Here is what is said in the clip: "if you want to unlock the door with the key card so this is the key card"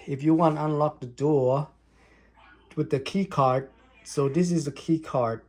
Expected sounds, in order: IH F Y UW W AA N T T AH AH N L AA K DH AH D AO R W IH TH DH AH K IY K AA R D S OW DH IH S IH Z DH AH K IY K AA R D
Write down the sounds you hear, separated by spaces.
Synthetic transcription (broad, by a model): IH F Y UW W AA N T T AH AH N L AA K DH AH D AO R W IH DH AH K IY K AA R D S OW DH IH S IH Z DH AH K IY K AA R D